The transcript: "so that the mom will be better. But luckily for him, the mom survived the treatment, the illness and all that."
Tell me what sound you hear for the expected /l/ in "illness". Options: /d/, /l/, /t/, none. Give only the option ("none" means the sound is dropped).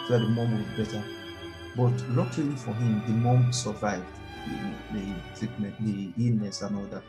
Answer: none